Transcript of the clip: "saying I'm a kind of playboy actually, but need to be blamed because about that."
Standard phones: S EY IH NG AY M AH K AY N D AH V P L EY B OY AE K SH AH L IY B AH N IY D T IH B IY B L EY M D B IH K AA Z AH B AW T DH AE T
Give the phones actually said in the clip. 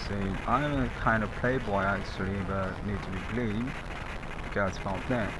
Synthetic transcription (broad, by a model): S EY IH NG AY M AH K AY N D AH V P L EY B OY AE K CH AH L IY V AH N IY D T IH B IY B L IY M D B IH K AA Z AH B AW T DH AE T